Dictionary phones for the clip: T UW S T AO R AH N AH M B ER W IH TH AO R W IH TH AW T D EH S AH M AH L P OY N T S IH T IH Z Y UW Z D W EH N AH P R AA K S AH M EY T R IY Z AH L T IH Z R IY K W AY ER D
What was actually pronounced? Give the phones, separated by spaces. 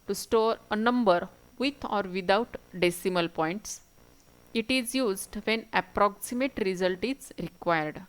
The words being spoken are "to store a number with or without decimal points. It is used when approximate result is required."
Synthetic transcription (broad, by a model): T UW S T AO R AH N AH M B ER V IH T AO R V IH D AW T D EH S AH M AH L P OY N T S IH T IH Z Y UW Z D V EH N AH P R AA K S AH M EY T R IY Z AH L T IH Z R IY K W AY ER D